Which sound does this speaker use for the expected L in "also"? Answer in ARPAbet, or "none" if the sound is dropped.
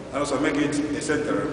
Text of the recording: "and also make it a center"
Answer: none